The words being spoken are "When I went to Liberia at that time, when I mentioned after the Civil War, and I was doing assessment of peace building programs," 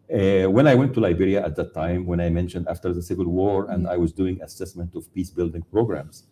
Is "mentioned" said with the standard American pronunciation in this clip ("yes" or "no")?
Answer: yes